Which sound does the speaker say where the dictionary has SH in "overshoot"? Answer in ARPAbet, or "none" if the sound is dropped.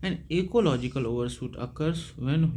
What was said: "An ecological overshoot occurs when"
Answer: S